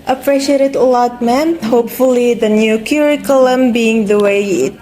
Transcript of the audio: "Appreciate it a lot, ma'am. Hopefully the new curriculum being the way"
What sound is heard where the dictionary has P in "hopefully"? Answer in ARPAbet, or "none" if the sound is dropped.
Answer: P